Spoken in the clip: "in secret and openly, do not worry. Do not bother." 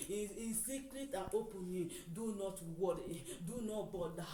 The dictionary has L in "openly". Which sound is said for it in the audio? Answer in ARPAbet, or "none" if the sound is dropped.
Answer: none